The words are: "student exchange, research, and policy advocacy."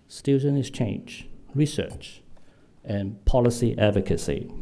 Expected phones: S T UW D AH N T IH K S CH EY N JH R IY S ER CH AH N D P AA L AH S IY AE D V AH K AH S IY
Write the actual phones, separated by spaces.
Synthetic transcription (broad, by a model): S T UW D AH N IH S CH EY N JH R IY S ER CH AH N P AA L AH S IY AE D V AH K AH S IY